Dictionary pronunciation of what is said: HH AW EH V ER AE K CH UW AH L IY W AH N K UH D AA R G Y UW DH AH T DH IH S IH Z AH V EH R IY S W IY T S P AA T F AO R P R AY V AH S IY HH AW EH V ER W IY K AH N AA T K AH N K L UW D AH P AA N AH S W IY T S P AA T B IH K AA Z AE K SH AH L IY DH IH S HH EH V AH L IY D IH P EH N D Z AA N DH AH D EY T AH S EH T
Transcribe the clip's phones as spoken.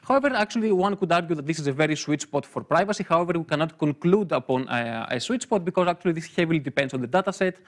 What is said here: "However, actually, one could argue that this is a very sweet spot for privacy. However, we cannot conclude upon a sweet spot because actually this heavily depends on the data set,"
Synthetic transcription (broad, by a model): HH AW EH V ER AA K CH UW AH L IY W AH N K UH D AA R G Y UW DH AH T DH IH S IH Z AH V EH R IY S W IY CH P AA T F AO R P R AY V AH S IY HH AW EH V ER W IY K AH N AA T K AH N K L UW D AH P AA N AH S W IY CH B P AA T B IH K AA Z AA K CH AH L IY DH IH S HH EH V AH L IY D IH P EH N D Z AA N DH AH D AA T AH S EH T